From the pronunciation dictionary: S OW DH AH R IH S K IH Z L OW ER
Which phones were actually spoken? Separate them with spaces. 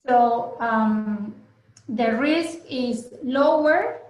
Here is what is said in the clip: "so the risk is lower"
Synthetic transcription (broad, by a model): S OW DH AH R IH S K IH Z L OW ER